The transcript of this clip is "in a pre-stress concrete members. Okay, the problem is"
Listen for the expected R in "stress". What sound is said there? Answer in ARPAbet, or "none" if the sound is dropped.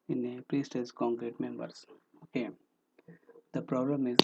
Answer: none